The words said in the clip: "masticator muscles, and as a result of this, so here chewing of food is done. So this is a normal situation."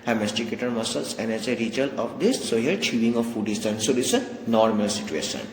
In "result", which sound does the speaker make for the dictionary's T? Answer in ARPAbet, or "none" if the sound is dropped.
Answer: none